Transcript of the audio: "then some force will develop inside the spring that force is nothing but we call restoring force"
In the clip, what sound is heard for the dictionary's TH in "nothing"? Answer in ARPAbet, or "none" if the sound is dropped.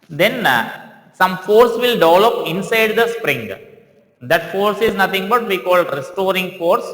T